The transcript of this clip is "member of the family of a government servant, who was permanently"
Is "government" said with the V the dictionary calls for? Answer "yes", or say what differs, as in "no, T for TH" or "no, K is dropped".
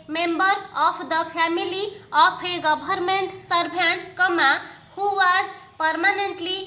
no, B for V